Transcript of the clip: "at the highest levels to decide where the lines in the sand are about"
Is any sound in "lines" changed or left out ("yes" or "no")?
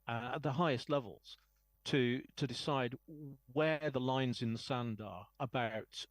no